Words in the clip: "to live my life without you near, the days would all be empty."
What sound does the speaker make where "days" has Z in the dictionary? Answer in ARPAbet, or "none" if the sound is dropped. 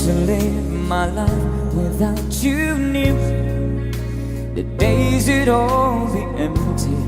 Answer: Z